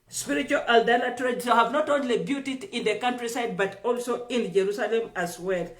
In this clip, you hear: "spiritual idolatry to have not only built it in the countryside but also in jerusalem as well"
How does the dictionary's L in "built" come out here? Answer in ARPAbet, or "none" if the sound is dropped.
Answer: none